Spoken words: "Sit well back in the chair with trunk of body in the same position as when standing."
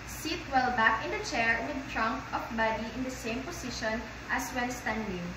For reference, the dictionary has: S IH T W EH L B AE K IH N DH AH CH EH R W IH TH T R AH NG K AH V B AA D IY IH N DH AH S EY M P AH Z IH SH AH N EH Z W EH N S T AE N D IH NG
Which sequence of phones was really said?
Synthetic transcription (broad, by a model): S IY T W EH L B AE K IH N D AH CH EH R W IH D T R AH NG K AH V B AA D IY IH N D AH S EY M P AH S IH SH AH N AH S W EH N S T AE N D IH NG